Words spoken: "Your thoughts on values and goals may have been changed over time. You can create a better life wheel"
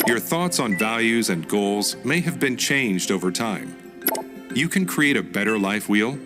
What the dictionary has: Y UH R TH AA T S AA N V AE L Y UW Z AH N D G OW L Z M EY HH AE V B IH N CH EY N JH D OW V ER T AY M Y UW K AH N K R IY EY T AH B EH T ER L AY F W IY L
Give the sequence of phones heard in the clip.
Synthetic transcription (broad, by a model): Y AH R TH AA T S N V AE L Y UW Z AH N G OW L Z M EY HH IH V B IH N CH EY N JH D OW V ER T AY M Y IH K AH N K R IY EY T AH B EH T ER L AY F W IY L